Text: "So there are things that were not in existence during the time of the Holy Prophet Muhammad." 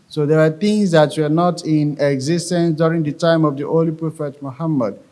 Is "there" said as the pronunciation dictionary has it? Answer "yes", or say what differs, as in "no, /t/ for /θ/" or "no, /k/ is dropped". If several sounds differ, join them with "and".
no, /w/ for /ɹ/